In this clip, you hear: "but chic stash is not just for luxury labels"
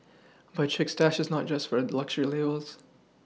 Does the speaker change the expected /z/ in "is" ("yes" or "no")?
no